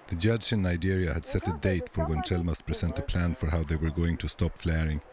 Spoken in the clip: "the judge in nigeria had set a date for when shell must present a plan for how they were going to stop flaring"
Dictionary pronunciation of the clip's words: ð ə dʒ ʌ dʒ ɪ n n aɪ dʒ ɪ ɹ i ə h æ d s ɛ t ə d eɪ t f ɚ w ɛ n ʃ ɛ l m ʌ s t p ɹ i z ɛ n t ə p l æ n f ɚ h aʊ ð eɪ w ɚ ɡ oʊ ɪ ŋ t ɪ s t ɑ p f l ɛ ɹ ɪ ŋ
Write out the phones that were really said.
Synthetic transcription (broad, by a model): ð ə dʒ ʌ dʒ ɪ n n aɪ dʒ ɪ ɹ i ə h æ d s ɛ t ə d eɪ t f ɚ w ɛ n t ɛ l m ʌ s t p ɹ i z ɛ n t ə p l æ n f ɚ h aʊ ð eɪ w ɚ ɡ oʊ ɪ ŋ t ɪ s t ɑ p f l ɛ ɹ ɪ ŋ